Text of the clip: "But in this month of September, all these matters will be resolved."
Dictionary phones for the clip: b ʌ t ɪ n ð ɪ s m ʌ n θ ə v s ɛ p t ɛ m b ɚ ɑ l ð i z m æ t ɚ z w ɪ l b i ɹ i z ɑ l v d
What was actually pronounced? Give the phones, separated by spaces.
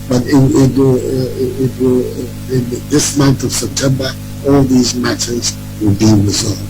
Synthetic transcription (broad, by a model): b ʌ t ɪ n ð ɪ s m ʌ n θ ə v s ɛ p t ɛ m b ɚ ɑ l ð i z m æ t ɚ z w ɪ l b i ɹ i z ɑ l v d